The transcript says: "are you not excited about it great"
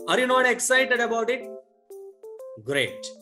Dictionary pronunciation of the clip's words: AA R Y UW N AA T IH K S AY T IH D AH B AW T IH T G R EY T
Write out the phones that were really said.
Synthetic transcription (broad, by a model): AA R Y UW N AA T IH K S AY T IH D AH B AW T IH T G R EY T